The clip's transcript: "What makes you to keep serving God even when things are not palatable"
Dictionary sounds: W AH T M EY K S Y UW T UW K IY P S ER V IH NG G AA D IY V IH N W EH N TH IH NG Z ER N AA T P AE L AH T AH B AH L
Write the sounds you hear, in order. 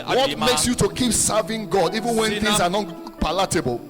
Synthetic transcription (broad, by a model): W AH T M EY K S Y UW T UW K IY P S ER V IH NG G AA D IY V IH N W EH N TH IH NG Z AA N AA T P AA L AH T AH B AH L